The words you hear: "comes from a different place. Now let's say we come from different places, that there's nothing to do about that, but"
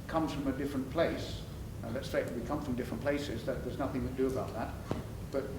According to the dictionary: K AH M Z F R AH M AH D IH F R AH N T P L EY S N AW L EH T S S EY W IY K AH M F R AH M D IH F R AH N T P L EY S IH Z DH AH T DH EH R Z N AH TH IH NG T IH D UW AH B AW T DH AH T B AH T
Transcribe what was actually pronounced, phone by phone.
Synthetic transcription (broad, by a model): K AH M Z F R AH M AH D IH F R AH N P L EY S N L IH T S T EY W IY K AH M F R AH M D IH F R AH N P L EY S IH Z DH AH T DH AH R Z N AH TH IH NG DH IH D AH B AW T DH AH T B AH T